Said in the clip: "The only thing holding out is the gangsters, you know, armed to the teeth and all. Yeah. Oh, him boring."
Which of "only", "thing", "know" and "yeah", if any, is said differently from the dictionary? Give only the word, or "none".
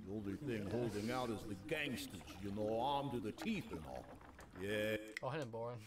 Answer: none